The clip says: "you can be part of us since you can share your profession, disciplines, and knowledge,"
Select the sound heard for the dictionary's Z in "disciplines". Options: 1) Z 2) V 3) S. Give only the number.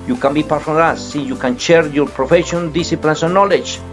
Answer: 3